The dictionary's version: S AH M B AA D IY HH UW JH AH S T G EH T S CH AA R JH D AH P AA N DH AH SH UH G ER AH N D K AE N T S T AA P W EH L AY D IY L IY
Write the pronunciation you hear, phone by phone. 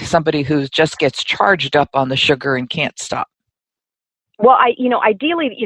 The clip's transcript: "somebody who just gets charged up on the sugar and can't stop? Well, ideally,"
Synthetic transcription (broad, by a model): S AH M B AA D IY HH UW JH AH S G EH T S CH AA R JH D AH P N DH AH SH UH G ER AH N K AE N T S T AA P W EH L AY D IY L IY